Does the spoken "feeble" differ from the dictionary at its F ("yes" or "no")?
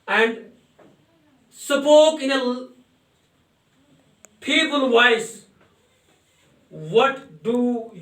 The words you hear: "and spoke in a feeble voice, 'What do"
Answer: yes